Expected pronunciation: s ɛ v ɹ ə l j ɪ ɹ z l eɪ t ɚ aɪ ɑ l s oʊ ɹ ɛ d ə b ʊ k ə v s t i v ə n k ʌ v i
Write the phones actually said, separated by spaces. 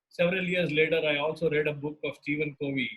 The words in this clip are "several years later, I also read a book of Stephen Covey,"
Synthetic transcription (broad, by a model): s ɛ v ɹ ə l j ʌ ɹ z l eɪ t ɚ aɪ ɑ l s oʊ ɹ ɛ d ə b ʊ k ə v s t i v ə n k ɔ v i